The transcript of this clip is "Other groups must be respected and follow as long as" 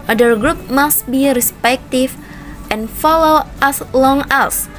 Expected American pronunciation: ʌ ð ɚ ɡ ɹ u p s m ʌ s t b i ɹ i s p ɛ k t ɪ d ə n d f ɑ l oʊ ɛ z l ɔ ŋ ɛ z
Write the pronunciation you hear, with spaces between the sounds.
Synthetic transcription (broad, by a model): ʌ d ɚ ɡ ɹ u p m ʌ s t b i ɹ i s p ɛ k t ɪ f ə n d f ɑ l oʊ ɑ s l ɔ ŋ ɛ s